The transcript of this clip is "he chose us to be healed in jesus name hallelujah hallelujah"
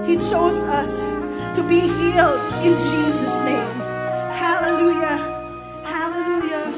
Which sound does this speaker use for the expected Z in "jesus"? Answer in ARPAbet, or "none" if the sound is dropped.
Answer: Z